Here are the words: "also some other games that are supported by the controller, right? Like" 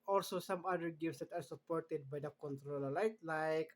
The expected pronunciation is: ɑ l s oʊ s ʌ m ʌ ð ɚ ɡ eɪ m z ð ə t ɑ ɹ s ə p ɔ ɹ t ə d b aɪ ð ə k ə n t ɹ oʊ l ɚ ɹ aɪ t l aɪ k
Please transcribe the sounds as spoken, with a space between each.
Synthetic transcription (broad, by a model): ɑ l s oʊ s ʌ m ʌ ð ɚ ɡ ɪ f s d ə t ɑ ɹ s ə p ɔ ɹ t ə d b aɪ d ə k ə n t ɹ oʊ l ɚ l aɪ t l aɪ k